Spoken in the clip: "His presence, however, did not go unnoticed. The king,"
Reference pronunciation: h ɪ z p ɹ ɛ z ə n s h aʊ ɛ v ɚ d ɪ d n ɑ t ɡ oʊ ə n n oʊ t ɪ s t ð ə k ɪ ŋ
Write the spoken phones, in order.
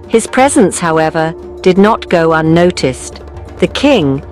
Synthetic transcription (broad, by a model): h ɪ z p ɹ ɛ z ə n s h aʊ ɛ v ɚ d ɪ d n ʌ t ɡ oʊ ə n n oʊ t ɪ s ð ə k ɪ ŋ